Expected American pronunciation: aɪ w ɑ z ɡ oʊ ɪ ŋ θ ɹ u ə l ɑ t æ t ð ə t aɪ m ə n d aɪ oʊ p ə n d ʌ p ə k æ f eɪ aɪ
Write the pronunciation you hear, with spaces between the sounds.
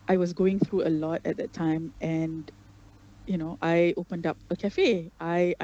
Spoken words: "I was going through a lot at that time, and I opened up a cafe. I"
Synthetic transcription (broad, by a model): aɪ w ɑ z ɡ oʊ ɪ ŋ θ ɹ u ə l ɑ t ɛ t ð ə t aɪ m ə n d aɪ oʊ p ə n d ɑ p ə k æ f eɪ aɪ